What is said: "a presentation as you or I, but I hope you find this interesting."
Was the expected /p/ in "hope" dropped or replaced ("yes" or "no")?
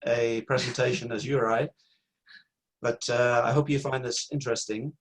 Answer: no